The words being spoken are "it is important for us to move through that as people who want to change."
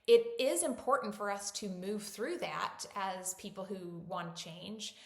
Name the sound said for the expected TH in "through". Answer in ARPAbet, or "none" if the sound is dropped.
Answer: TH